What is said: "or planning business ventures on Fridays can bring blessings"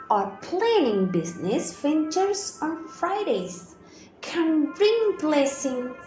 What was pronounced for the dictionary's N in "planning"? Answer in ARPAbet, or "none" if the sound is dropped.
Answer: N